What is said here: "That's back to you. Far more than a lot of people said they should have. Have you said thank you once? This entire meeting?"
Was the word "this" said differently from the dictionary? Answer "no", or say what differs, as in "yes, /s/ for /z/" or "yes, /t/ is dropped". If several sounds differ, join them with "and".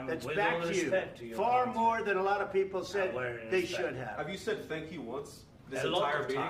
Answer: yes, /s/ is dropped